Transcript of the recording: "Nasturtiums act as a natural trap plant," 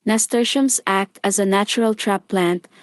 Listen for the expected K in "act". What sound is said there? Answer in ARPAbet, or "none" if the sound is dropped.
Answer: K